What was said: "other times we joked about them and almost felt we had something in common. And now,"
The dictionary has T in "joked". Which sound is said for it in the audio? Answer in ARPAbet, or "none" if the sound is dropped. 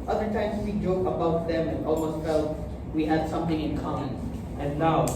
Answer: none